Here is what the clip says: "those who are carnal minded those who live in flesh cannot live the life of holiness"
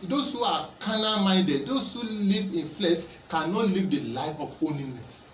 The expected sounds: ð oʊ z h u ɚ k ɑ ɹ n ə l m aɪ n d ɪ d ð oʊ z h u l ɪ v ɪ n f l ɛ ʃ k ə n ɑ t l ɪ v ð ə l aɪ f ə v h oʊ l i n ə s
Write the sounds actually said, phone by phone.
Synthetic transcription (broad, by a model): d oʊ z h u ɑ k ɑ n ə m aɪ d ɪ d oʊ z h u l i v ɪ n f l ɛ ʃ k ə n ɑ t l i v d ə l aɪ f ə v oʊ l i n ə s